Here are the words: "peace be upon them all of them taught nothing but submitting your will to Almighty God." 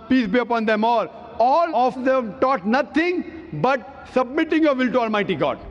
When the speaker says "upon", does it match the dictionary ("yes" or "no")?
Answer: yes